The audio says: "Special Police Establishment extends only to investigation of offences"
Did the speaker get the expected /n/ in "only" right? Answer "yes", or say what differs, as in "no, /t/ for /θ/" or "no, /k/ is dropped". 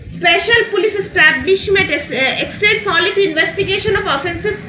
no, /n/ is dropped